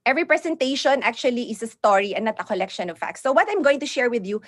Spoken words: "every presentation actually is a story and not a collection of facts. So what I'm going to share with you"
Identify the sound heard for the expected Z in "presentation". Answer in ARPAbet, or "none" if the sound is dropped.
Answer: S